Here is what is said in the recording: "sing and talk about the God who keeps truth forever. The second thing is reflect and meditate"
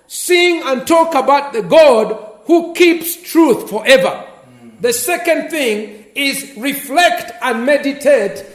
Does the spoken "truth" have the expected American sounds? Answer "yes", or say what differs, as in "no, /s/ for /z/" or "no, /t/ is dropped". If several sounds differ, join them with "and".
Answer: yes